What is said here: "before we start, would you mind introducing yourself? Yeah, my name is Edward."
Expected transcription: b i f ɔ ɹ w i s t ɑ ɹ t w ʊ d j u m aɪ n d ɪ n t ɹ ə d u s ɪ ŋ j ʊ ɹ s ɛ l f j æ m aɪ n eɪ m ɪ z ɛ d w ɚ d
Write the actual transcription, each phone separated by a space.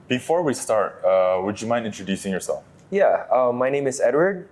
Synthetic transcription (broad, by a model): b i f ɔ ɹ w i s t ɑ ɹ t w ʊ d j u m aɪ n ɪ n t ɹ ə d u s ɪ ŋ j ʊ ɹ s ɛ l f j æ m aɪ n eɪ m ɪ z ɛ d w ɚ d